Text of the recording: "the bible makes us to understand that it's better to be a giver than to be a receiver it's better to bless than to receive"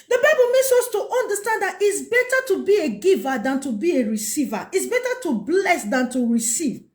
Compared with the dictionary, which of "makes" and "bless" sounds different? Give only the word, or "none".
makes